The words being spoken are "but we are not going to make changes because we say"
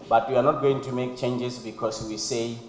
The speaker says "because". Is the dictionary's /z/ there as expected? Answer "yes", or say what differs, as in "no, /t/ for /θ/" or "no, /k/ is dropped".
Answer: no, /s/ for /z/